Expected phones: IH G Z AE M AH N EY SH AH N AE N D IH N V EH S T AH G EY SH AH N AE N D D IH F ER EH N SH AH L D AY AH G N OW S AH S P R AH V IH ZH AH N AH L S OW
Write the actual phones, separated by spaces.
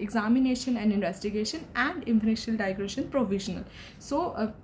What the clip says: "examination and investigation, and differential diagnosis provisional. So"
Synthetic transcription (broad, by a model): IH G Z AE M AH N EY SH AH N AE N D IH N V EH S T AH G EY SH AH N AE N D D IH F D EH SH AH L D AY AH G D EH SH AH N P R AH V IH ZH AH N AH L S OW